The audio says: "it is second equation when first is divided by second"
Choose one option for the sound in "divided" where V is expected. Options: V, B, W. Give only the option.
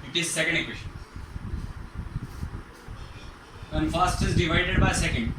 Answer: V